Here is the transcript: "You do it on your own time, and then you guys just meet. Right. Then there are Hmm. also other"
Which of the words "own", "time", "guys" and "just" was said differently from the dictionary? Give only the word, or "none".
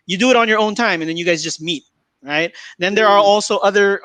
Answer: none